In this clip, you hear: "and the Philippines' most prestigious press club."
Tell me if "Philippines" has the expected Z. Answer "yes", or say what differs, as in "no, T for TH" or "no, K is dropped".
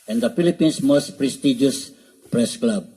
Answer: no, S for Z